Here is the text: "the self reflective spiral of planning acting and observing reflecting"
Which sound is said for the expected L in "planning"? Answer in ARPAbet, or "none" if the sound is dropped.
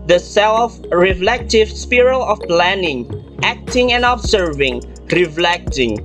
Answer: L